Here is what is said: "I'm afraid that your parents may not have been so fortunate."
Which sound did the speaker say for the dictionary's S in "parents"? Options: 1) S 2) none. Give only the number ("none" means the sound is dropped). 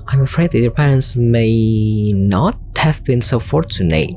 1